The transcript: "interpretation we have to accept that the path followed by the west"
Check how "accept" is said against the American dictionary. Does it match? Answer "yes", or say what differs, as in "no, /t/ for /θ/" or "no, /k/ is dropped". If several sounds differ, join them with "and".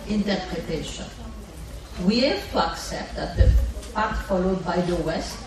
yes